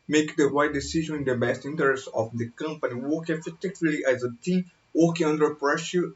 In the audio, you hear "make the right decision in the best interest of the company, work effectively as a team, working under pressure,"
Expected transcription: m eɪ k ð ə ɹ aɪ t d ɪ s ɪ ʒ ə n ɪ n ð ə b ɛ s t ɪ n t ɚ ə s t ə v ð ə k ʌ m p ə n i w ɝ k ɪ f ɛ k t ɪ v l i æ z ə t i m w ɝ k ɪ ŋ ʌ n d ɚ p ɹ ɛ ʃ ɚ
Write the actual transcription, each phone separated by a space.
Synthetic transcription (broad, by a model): m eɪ k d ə w aɪ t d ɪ s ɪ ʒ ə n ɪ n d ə b ɛ s t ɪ n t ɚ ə s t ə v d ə k ʌ m p ə n i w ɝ k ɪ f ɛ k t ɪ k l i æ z ə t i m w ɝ k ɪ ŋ ʌ n d ɚ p ɹ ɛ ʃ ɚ